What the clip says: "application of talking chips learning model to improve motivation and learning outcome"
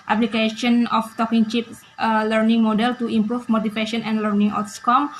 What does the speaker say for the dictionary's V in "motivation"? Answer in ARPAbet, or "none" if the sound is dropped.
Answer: P